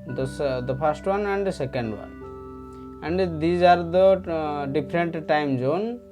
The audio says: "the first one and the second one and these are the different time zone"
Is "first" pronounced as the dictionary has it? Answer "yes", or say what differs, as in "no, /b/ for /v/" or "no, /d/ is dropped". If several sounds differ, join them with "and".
no, /p/ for /f/